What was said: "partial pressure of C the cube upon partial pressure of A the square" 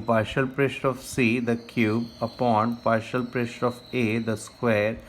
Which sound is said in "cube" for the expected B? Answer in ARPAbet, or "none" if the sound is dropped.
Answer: B